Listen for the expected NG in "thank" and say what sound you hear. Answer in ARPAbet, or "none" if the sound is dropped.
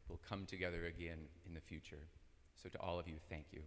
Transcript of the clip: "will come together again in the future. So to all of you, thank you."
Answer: NG